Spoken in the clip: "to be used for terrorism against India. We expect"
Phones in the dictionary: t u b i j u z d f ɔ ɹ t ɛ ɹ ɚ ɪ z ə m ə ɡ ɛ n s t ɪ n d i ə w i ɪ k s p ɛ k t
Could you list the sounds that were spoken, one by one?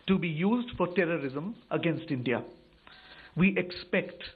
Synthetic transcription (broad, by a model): t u b i j u z d f ɔ ɹ t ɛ ɹ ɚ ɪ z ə m ə ɡ ɛ n s t ɪ n d i ə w i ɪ k s p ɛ k t